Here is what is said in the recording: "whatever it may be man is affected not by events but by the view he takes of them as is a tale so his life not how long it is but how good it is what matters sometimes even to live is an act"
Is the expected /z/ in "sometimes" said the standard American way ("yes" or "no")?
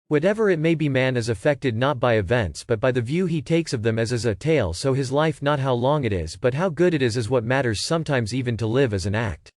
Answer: yes